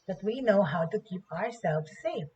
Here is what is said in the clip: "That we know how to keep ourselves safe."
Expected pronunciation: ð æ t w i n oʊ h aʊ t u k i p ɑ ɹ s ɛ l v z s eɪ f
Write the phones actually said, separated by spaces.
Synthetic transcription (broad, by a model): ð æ t w i n oʊ h aʊ t u k i p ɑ ɹ s ɛ l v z s eɪ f